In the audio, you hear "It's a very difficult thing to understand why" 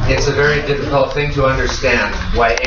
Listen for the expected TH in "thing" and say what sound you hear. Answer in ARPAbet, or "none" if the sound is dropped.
TH